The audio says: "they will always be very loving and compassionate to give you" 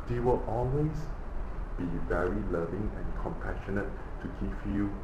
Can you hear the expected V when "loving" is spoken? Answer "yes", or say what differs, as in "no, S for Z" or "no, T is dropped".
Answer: yes